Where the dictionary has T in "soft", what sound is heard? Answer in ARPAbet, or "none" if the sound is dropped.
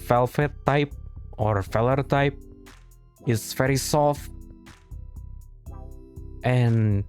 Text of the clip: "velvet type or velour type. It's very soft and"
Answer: T